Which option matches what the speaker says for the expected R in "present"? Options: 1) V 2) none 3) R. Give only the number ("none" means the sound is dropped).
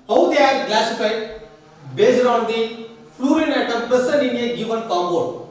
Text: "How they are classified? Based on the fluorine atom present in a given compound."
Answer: 2